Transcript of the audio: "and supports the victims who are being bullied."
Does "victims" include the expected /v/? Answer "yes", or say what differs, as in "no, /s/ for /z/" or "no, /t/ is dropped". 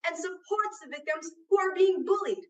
yes